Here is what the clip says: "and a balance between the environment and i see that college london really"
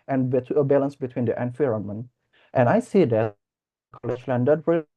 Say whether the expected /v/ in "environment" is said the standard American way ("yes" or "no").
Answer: no